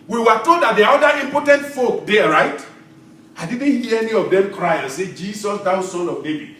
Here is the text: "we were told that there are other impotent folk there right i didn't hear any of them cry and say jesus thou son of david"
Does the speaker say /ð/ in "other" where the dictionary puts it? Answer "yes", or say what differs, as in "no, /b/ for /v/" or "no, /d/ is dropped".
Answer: no, /ð/ is dropped